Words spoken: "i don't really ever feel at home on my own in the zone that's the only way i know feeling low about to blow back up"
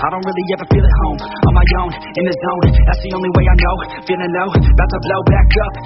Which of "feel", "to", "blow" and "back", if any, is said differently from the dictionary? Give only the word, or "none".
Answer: to